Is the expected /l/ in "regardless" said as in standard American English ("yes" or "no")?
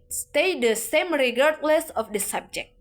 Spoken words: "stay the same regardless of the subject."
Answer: yes